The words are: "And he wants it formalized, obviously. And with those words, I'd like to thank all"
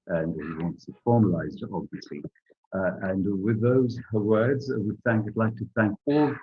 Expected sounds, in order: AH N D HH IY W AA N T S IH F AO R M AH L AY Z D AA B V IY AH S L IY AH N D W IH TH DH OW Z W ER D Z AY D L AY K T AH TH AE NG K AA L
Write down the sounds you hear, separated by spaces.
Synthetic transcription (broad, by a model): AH N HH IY W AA N T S IH F AO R M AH L AY Z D AA B V IY AH S L IY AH N W IH DH OW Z W ER D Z AY D L AY K T AH TH AE NG K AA L